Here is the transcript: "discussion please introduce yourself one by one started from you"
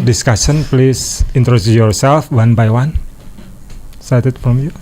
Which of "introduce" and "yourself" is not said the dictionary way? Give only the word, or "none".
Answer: introduce